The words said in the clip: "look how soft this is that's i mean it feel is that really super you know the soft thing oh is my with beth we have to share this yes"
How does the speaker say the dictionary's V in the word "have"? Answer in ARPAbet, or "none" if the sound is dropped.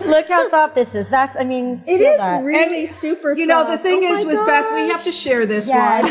F